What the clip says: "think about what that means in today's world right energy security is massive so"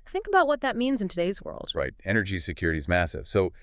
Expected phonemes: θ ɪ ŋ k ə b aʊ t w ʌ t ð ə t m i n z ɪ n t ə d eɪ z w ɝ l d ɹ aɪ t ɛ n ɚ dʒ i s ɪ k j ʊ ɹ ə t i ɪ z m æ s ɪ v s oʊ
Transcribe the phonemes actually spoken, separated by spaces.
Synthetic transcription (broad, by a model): θ ɪ ŋ k ə b aʊ t w ʌ t ð ə t m i n z ɪ n t ə d eɪ z w ɝ l d ɹ aɪ t ɛ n ɚ dʒ i s ɪ k j ʊ ɹ ə t i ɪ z m æ s ɪ v s oʊ